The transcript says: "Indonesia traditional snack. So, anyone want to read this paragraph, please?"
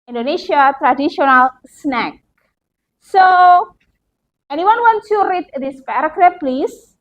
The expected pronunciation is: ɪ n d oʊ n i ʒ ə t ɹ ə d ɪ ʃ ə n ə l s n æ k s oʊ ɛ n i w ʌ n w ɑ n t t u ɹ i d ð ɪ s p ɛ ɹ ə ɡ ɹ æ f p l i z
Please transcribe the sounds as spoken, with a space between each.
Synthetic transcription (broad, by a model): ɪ n d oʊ n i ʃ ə t ɹ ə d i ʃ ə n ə l s n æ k s oʊ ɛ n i w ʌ n w ɑ n t s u ɹ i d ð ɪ s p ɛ ɹ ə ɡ ɹ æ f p l i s